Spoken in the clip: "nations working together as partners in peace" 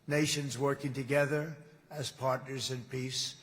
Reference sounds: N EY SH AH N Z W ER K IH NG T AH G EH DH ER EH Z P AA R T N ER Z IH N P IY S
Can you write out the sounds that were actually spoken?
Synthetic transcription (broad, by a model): N EY SH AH N Z W ER K IH NG T AH G EH DH ER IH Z P AA R T N ER Z IH N P IY S